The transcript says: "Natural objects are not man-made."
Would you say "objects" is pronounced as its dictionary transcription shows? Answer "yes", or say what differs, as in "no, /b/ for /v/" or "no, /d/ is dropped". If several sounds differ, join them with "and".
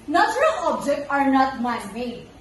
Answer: no, /s/ is dropped